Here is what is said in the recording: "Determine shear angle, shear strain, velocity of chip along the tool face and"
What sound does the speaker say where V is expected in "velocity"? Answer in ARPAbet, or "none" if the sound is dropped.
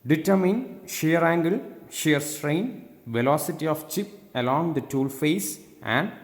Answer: V